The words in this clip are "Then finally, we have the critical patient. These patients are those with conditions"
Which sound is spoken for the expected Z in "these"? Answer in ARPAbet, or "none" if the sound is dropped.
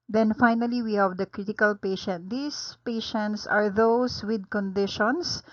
S